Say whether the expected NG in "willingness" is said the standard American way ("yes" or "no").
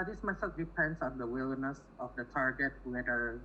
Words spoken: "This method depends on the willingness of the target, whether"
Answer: no